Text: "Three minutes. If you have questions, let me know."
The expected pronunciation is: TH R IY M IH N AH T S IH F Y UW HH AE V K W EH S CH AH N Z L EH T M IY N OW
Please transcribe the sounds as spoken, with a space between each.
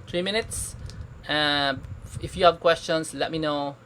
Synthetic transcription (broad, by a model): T R IY M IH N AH T S IH F Y UW HH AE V K W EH S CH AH N S L EH T M IY N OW